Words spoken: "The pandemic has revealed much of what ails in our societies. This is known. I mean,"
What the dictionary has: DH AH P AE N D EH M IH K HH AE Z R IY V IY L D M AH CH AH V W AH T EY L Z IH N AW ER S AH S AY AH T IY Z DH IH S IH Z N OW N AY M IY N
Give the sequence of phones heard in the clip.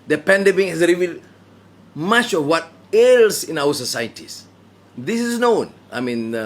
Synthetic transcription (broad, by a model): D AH P AE N D EH M IH K HH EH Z R IY V IY L D M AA CH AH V W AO T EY L S IH N AW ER S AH S AY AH T IY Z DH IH S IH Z N OW N AY M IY N